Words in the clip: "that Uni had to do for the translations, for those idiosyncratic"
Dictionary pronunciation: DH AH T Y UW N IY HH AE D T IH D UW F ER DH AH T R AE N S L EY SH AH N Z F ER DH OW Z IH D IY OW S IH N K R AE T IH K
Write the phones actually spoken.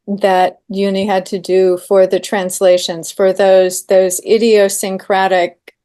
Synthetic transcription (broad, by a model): DH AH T Y UW N IY HH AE D T IH D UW F ER DH AH T R AE N S L EY SH AH N Z F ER DH OW Z IH D IY OW S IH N K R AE T IH K